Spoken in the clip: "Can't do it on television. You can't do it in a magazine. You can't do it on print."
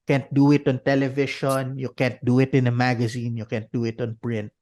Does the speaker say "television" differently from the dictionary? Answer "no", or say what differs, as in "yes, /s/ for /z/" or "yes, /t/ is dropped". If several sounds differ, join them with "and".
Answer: yes, /ʃ/ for /ʒ/